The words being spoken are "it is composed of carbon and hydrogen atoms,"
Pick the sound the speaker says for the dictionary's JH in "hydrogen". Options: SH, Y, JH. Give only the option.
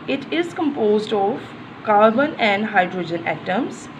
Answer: JH